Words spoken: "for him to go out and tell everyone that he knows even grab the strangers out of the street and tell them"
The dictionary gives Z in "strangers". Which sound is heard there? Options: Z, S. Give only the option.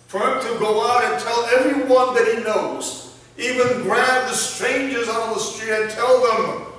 Z